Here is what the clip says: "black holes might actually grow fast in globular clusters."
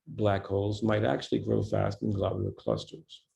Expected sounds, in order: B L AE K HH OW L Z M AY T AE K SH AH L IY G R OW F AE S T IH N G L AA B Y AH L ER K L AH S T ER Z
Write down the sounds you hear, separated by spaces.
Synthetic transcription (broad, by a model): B L AE K HH OW L Z M AY T AE K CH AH L IY G R OW F AE S T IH N G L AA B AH ER K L AH S T ER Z